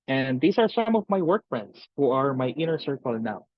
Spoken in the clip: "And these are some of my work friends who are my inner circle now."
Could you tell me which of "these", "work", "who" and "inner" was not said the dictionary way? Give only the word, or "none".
these